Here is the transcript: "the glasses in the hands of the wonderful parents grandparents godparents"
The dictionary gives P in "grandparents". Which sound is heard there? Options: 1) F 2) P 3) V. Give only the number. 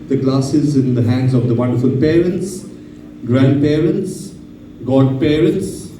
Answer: 2